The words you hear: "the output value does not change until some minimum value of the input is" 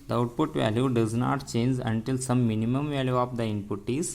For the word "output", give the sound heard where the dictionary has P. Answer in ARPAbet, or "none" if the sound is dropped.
P